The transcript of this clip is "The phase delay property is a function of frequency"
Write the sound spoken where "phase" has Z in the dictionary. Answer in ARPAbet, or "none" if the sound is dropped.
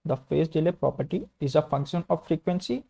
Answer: S